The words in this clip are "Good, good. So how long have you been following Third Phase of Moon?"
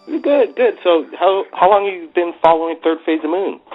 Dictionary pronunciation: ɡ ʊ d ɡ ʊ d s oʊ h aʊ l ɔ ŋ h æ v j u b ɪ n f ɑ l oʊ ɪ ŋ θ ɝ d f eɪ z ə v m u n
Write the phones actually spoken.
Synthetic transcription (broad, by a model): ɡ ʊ d ɡ ʊ d s oʊ h aʊ l ɔ ŋ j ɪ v b ɪ n f ɑ l oʊ ɪ ŋ θ ɝ d f eɪ z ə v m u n